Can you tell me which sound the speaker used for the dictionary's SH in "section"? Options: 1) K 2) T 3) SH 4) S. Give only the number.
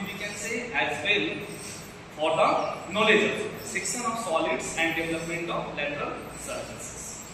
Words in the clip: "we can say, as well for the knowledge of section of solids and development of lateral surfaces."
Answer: 4